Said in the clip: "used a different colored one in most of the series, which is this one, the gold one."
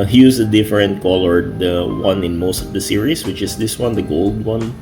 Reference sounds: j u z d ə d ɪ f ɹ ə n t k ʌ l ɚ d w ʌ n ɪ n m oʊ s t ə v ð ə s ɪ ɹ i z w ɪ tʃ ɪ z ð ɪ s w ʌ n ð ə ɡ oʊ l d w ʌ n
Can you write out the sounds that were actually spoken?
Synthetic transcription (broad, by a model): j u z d ə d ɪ f ɹ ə n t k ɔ l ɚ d w ʌ n ɪ n m oʊ s t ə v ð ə s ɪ ɹ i s w ɪ tʃ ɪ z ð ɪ s w ʌ n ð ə ɡ oʊ l d w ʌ n